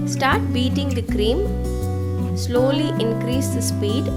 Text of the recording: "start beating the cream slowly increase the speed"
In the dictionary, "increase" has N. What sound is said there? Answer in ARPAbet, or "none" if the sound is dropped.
N